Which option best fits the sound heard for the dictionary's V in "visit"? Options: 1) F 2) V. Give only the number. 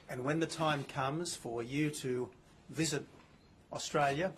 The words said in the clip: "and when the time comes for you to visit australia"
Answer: 2